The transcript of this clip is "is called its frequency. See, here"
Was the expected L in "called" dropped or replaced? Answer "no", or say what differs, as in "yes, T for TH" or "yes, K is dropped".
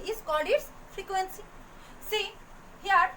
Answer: yes, L is dropped